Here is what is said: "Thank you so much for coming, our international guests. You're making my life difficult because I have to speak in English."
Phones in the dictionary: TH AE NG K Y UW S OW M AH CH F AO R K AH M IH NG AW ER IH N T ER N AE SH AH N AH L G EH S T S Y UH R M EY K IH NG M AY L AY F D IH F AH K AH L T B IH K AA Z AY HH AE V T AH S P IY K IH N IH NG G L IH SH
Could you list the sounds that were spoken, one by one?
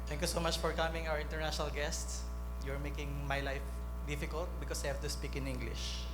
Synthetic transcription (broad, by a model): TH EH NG K Y UW S OW M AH CH F AO R K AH M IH NG AW ER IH N T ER N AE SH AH N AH L G EH S T S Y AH R M EY K IH NG M AY L AY F D IH F AH K AH L T B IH K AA S AY HH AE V T AH S P IY K IH N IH NG G L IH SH